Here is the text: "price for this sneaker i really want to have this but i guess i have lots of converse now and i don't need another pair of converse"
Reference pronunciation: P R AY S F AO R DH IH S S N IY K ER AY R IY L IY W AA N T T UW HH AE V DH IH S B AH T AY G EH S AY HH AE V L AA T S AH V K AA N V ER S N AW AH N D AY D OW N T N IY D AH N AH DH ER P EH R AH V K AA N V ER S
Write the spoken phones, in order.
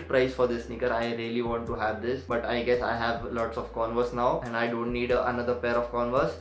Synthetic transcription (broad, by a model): P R AY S F AO R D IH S S N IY K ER AY R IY L IY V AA N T T UW HH AE V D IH S B AH T AY G EH S AY HH AE V L AA T S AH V K AA N V ER S N AW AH N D AY D OW N T N IY D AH N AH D ER P EH R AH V K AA N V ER S